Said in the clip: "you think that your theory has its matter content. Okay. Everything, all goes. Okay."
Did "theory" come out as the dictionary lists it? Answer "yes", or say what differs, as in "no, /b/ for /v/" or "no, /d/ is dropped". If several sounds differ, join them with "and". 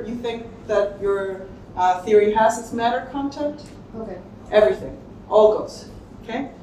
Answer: yes